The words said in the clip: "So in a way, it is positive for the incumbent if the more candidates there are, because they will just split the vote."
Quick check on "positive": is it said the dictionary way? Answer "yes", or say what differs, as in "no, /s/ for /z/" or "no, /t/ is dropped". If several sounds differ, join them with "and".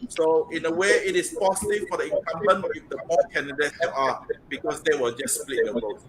no, /s/ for /z/